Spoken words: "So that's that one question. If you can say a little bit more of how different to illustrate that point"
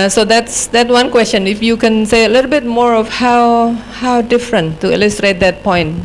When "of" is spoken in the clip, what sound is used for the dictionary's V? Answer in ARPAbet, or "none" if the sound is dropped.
W